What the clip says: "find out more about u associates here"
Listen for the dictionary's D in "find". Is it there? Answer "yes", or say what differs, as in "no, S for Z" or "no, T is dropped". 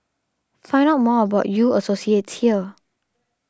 no, D is dropped